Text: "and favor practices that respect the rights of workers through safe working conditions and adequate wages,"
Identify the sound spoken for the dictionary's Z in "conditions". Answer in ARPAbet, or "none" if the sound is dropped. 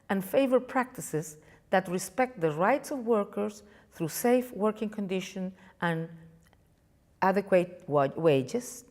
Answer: none